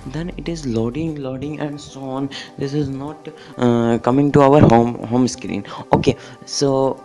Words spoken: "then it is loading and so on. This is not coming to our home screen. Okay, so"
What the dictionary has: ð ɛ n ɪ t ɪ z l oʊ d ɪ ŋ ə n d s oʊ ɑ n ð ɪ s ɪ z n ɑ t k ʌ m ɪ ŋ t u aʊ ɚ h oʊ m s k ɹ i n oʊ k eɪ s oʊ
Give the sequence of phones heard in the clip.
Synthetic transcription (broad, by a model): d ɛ n ɪ t ɪ z l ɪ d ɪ ŋ ə n d s oʊ ɑ n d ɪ s ɪ z n ɑ t k ʌ m ɪ ŋ t u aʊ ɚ h oʊ m s k ɹ i n oʊ k eɪ s oʊ